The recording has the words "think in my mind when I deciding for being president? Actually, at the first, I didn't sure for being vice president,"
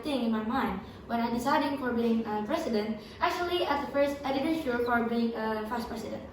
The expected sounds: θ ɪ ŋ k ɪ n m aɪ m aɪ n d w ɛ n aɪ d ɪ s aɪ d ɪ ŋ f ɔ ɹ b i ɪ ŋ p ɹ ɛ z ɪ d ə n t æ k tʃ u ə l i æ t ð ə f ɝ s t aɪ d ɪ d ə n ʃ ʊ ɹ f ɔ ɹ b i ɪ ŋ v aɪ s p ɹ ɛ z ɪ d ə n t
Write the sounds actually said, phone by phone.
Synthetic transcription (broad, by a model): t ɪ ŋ ɪ n m aɪ m aɪ n d w ɛ n aɪ d ɪ s aɪ d ɪ ŋ f ɔ ɹ b i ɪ ŋ p ɹ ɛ s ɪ d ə n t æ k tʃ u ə l i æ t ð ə f ɝ s t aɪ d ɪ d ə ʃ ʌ l f ɔ ɹ b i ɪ ŋ f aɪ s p ɹ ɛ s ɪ d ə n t